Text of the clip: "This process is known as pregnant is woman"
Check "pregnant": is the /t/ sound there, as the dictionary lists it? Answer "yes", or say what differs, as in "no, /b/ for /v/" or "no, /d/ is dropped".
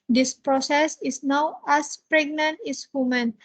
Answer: yes